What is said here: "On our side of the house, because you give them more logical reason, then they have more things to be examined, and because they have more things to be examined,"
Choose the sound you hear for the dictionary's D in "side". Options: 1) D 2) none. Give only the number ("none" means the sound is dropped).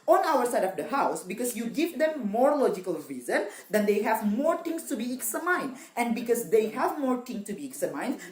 1